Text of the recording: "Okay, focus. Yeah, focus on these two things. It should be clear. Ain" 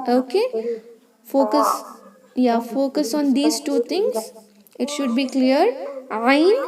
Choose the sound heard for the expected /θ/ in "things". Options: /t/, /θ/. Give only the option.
/t/